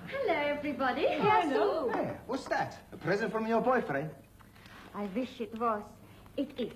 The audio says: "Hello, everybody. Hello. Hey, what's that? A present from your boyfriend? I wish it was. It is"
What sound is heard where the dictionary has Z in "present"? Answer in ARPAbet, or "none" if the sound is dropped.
Z